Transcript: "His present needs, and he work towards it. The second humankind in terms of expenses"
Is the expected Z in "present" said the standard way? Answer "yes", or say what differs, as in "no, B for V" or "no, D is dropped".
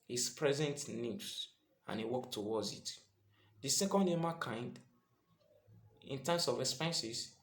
yes